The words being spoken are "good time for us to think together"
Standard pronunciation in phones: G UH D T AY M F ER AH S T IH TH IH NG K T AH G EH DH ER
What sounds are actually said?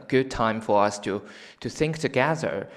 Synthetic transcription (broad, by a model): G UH D T AY M F ER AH S T IH TH IH NG K T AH G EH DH ER